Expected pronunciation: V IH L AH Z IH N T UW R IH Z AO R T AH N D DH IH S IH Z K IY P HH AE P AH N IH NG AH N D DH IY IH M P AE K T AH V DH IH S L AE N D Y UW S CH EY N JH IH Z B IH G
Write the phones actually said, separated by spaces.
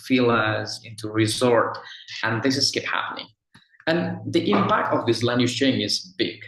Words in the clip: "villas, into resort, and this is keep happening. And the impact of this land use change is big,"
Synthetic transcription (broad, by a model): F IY L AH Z IH N T UW R IH Z AO R T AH N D DH IH S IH S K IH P HH AE P AH N IH NG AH N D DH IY IH M P AE K T AH V DH IH S L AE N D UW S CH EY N IH Z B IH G